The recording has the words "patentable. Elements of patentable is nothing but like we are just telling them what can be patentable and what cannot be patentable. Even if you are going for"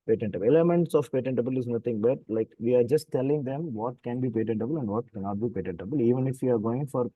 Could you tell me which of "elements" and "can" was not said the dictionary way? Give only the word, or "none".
elements